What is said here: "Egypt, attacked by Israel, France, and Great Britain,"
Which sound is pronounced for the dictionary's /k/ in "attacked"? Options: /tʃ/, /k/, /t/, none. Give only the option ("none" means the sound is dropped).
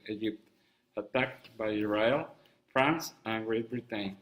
/k/